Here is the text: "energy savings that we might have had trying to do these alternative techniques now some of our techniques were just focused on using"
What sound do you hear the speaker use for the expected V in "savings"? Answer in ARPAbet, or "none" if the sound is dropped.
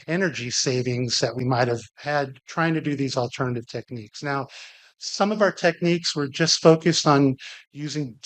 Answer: V